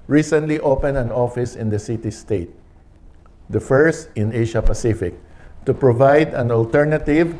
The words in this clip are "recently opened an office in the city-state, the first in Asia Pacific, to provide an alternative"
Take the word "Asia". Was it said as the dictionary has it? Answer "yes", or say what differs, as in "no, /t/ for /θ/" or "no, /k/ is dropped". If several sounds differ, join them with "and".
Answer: no, /ʃ/ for /ʒ/